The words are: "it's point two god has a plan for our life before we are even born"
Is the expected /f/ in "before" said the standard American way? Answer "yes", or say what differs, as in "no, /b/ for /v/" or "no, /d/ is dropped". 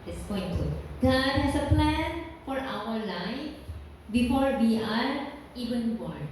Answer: yes